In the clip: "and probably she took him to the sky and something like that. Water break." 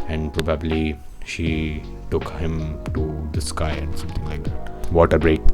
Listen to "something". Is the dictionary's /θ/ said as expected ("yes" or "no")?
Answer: no